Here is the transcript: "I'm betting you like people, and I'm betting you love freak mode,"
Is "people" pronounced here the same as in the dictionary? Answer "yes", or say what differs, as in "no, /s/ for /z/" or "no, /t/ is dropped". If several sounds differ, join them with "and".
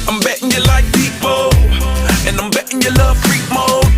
no, /n/ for /l/